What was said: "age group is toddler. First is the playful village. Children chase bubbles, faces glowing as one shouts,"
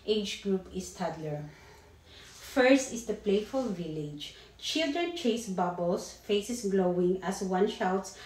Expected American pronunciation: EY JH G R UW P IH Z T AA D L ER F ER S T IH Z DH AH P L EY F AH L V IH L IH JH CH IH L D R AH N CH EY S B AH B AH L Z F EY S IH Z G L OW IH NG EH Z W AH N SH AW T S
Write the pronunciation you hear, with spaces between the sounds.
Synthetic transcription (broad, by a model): EY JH G R UW P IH S T AA D L ER F ER S T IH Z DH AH P L EY F AH L V IH L IH JH CH IH L D R AH N CH EY S B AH B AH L S F EY S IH S G L OW IH NG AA S W AH N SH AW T S